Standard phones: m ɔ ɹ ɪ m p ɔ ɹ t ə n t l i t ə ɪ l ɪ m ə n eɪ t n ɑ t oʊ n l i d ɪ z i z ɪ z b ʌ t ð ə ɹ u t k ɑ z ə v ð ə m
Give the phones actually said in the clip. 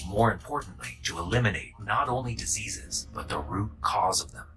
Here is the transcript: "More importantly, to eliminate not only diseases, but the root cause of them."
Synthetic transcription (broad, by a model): m ɔ ɹ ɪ m p ɔ ɹ t n t l i t ə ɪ l ɪ m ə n eɪ t n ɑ t oʊ n l i d ɪ z i z ɪ z b ʌ t ð ə ɹ u t k ɑ z ə v ð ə m